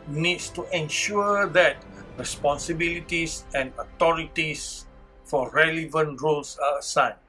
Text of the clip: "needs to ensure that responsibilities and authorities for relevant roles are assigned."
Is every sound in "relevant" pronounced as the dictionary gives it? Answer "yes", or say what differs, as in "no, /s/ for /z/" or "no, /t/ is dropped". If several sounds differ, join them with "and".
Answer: yes